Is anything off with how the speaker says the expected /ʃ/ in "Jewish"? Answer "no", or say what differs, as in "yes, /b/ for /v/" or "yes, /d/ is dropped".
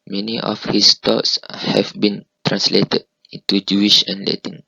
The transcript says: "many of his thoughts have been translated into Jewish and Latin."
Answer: no